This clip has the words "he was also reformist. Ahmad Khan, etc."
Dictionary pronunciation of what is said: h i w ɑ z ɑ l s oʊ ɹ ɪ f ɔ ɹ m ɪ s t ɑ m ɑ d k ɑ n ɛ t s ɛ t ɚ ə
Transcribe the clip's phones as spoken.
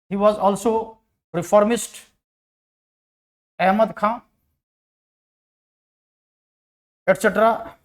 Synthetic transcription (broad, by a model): h i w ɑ z ɑ l s oʊ ɹ ɪ f ɔ ɹ m ɪ s t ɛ m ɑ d k ɑ ɛ t s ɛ t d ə